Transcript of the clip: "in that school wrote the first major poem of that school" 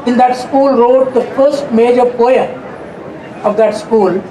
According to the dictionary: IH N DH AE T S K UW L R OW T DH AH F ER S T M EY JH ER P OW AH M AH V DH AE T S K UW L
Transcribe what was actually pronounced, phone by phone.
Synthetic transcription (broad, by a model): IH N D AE T S K UW L R OW T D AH F ER S T M EY JH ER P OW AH AH V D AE T S K UW L